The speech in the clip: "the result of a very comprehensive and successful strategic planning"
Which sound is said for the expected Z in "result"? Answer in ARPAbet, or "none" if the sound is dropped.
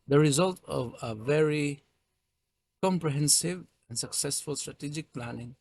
Z